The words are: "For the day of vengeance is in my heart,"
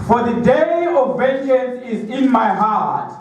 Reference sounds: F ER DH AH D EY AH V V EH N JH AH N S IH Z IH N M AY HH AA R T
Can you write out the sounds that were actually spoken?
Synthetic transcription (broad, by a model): F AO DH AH D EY AH V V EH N SH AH N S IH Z IH N M AY HH AA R T